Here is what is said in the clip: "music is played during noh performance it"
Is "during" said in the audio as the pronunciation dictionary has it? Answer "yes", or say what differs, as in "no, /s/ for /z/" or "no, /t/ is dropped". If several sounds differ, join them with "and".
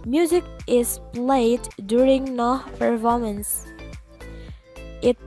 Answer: yes